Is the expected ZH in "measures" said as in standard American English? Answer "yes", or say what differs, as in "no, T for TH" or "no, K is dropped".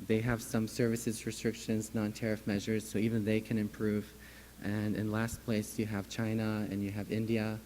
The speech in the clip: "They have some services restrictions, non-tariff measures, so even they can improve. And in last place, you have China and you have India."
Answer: yes